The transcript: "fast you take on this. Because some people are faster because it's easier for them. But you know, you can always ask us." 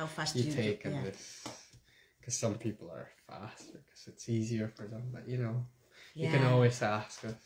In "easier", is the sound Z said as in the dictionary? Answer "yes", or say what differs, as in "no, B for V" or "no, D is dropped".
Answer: yes